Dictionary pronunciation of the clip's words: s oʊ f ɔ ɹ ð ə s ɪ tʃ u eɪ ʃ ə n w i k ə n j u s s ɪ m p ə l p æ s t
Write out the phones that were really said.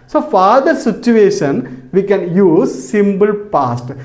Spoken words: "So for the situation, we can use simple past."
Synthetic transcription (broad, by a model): s oʊ f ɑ ɹ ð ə s ɪ tʃ u eɪ ʃ ə n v i k ə n j u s s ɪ m b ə l p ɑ s t